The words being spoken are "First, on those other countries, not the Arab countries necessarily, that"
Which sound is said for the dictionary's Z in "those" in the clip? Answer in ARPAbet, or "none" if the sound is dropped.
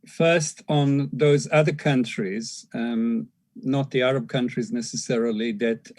Z